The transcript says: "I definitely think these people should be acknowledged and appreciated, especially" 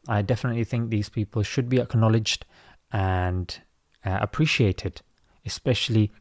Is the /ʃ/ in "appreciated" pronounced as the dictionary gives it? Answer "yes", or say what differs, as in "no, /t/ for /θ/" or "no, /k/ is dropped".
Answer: yes